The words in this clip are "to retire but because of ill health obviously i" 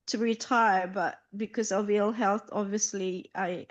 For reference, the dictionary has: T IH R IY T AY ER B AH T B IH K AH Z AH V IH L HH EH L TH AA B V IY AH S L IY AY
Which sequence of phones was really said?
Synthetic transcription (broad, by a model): T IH R IY T AY ER B AH T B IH K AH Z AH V IH L HH EH L TH AA B V IY AH S L IY AY